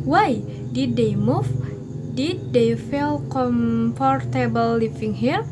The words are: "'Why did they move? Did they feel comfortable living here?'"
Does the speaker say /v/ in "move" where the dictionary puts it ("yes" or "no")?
no